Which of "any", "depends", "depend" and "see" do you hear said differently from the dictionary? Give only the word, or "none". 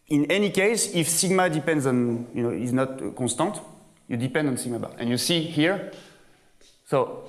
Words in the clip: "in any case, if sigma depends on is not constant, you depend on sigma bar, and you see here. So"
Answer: none